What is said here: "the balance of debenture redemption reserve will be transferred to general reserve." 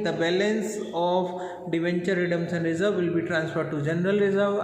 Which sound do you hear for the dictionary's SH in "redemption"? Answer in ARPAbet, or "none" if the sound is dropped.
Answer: S